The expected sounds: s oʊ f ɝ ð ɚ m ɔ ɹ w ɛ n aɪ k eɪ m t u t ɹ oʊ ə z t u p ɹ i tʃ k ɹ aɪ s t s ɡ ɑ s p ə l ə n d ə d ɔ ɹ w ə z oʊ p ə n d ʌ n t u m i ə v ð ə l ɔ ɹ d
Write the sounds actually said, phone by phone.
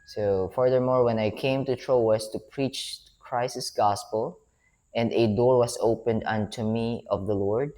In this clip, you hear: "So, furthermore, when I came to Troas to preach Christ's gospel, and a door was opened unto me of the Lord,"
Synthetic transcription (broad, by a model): s oʊ f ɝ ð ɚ m ɔ ɹ w ɛ n aɪ k eɪ m t u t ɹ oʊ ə s t u p ɹ i tʃ k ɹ aɪ s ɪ s ɡ ɑ s p ə l ə n d ə d ɔ ɹ w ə s oʊ p ə n d ʌ n t u m i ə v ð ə l ɔ ɹ d